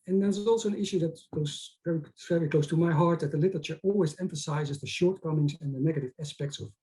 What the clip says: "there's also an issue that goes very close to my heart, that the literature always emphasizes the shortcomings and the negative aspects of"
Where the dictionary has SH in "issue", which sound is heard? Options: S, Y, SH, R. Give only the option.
SH